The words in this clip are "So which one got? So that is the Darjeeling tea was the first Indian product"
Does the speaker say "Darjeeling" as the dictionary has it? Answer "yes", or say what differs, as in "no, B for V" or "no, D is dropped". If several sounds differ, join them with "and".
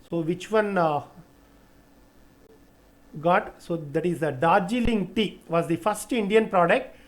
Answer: yes